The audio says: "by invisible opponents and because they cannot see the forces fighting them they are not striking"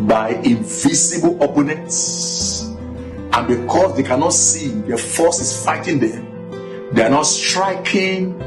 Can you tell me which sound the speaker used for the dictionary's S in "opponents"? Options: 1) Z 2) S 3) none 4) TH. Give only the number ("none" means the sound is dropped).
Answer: 2